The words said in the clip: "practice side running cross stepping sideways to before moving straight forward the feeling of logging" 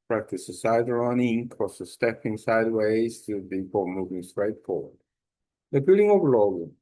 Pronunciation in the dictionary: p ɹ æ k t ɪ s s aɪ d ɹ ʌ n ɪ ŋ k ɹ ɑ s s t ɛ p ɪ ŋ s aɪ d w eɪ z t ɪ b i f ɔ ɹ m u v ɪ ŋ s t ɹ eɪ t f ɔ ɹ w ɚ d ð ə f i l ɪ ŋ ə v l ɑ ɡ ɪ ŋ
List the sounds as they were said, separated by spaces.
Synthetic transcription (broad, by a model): p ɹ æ k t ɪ s s aɪ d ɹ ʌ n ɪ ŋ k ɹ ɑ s s t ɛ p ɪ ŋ s aɪ d w eɪ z t ɪ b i p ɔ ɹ m u v ɪ ŋ s t ɹ eɪ t f ɔ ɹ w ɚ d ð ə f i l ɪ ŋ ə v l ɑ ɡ